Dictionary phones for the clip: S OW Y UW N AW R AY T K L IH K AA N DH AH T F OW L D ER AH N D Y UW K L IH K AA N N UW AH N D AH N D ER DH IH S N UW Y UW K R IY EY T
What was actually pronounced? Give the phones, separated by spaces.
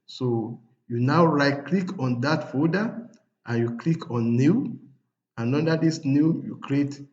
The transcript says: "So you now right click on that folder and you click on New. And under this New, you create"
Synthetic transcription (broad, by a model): S OW Y UW N AW R AY T K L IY K AA N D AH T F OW D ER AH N Y UW K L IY K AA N N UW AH N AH N D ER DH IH S N UW Y UW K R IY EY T